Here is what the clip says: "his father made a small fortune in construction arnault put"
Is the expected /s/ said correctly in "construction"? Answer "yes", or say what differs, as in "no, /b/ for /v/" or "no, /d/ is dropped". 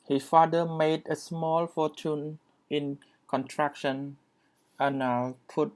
no, /s/ is dropped